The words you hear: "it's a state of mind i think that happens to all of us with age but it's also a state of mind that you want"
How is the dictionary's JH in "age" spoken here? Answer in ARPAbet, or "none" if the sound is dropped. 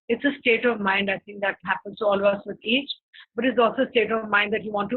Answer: CH